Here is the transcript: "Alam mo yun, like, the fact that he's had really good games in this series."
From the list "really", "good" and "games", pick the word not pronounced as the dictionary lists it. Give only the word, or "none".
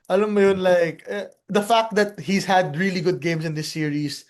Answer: games